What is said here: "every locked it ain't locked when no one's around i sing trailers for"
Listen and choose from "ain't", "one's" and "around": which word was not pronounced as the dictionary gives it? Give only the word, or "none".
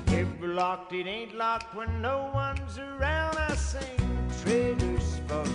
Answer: none